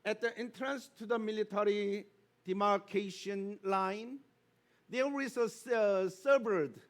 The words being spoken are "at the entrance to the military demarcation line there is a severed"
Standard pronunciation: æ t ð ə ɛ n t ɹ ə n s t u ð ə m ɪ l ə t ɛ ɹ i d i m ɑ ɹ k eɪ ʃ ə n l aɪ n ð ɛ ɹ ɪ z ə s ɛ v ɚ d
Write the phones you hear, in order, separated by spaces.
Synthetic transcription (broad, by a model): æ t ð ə ɛ n t ɹ ə n s t u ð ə m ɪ l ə t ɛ ɹ i d i m ɑ ɹ k eɪ ʃ ə n l aɪ n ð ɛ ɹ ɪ s ə s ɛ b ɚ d